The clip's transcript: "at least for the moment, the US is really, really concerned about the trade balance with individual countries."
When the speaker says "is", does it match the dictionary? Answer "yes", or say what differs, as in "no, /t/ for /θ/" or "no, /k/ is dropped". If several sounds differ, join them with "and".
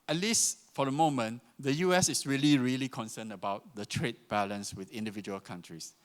no, /s/ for /z/